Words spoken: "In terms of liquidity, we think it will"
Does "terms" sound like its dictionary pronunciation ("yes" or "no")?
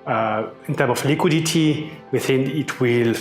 no